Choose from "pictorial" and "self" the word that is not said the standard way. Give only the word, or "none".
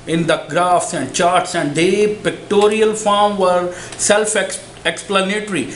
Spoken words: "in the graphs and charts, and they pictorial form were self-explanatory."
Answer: none